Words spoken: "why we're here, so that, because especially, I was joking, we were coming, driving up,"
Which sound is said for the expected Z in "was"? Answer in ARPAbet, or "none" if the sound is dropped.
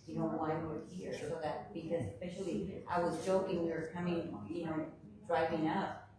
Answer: Z